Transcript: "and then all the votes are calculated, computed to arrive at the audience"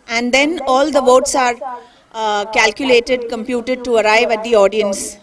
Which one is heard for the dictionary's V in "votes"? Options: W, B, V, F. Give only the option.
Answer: V